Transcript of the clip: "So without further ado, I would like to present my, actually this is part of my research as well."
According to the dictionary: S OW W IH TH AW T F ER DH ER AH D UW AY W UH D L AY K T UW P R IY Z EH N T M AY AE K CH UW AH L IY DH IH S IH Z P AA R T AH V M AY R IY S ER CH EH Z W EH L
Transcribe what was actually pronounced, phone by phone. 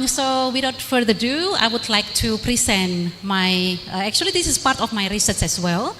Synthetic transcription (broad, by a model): S OW W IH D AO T F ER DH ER AH D UW AY W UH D L AY K T UW P R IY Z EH N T M AY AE K CH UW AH L IY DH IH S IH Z P AA R T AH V M AY R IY S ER S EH S W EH L